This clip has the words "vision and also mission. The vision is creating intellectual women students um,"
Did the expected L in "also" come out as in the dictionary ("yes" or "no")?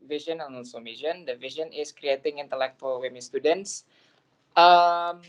no